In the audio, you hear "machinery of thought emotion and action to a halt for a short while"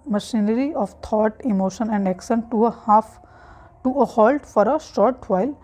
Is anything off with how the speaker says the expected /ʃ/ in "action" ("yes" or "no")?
yes